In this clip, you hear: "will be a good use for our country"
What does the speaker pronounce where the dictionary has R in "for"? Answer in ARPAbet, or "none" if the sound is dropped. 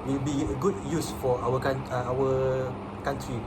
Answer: W